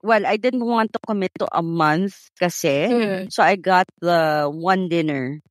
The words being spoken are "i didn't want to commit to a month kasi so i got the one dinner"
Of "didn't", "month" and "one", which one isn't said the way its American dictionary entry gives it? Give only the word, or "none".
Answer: none